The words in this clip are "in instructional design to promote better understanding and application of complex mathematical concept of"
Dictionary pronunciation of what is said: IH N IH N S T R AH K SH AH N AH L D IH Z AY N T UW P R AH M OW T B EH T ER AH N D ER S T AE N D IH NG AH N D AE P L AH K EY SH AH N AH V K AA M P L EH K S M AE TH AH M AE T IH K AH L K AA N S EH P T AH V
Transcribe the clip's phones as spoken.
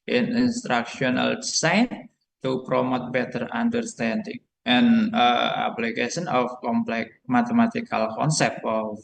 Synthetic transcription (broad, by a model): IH N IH N S T R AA K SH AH N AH L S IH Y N T UW P R AH M OW T B EH T ER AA N D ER S T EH N D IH NG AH N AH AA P L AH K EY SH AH N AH F K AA M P L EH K M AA T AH M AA T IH K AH L K AA N S EH P T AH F